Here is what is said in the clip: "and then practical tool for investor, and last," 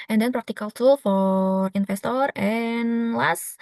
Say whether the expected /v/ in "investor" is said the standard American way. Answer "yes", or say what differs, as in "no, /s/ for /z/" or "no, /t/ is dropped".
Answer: no, /f/ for /v/